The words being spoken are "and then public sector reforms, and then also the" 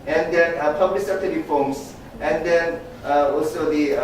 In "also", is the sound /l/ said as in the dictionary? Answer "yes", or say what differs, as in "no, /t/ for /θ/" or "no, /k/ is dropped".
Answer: yes